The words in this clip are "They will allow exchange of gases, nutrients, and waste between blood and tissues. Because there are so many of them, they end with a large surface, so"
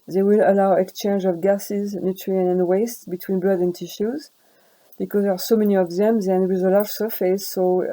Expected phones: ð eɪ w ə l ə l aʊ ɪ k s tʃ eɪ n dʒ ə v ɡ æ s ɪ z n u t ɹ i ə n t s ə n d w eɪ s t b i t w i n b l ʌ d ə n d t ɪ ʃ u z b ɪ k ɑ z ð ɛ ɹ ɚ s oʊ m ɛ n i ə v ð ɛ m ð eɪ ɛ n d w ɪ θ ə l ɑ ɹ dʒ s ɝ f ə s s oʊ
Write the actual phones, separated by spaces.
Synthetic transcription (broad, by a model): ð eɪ w ə l ə l aʊ ɪ k s tʃ eɪ n dʒ ə v ɡ æ s ɪ z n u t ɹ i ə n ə n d w eɪ s t b i t w i n b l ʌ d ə n t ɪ ʃ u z b ɪ k ɑ z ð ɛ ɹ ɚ s oʊ m ɛ n i ə v ð ɛ m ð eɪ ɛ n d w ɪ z ə l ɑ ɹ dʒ s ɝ f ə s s oʊ